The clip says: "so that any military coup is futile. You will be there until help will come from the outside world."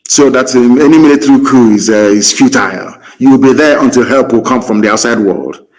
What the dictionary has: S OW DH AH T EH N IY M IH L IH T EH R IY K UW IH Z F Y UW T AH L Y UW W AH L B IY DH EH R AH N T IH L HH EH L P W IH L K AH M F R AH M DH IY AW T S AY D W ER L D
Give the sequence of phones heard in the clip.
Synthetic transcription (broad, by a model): S OW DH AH T EH N IY M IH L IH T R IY K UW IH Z F Y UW T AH L Y UW W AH L B IY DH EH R AH N T IH L HH EH L P W IH L K AH M F R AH M DH IY AW T S AY D W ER L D